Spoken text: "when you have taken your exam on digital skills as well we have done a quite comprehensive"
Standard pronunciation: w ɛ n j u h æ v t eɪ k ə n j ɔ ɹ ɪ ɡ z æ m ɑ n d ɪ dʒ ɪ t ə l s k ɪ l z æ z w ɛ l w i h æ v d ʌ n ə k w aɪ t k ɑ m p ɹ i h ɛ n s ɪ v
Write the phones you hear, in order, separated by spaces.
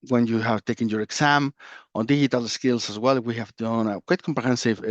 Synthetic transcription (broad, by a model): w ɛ n j u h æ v t eɪ k ə n j ɔ ɹ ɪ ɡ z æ m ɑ n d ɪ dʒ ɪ t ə l s k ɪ l s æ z w ɛ l w i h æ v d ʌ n ə k w aɪ t k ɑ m p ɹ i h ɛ n s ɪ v